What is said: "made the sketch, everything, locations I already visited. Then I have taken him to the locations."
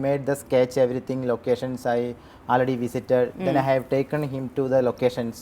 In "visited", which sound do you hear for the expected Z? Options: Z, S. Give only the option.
S